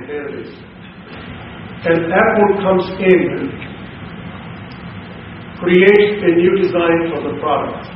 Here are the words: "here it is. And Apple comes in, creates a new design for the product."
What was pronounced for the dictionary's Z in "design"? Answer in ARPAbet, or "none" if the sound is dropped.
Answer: Z